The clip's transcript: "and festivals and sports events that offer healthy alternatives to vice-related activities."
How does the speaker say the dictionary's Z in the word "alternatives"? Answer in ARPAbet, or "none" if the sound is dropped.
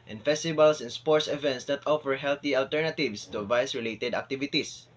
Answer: S